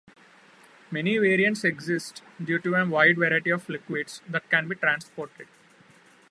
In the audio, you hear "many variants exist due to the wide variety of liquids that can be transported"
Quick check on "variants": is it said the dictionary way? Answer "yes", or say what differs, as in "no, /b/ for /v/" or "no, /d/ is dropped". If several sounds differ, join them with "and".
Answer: yes